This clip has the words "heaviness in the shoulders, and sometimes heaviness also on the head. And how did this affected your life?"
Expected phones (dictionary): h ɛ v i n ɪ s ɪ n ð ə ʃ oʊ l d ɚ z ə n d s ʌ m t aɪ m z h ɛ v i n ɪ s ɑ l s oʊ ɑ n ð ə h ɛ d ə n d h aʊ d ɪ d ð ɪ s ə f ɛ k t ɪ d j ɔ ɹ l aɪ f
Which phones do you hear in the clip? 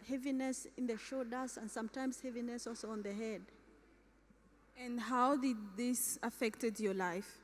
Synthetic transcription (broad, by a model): h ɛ v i n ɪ s ɪ n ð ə ʃ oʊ d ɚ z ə n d s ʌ m t aɪ m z h ɛ v i n ɪ s ɑ l s oʊ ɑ n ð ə h ɛ d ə n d h aʊ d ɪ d ð ɪ s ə f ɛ k t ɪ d j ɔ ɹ l aɪ f